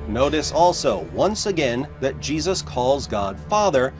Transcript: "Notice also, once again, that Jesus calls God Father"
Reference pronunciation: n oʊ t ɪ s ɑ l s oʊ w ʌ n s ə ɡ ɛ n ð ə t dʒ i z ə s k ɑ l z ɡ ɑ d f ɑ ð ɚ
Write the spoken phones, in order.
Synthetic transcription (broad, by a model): n oʊ t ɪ s ɑ l s oʊ w ʌ n s ə ɡ ɛ n ð ə t dʒ i z ə s k ɑ l z ɡ ɑ d f ɑ ð ɚ